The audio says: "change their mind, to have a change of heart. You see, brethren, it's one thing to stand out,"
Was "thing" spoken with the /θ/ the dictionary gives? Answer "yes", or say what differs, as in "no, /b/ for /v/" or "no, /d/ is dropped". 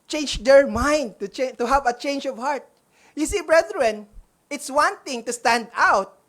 no, /t/ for /θ/